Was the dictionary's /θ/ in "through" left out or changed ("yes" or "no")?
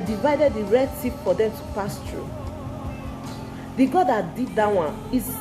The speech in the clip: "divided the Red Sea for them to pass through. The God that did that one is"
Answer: yes